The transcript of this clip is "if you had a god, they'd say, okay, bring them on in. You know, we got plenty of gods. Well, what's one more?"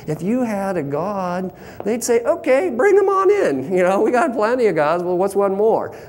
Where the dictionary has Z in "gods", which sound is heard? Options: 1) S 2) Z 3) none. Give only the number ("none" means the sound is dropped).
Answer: 2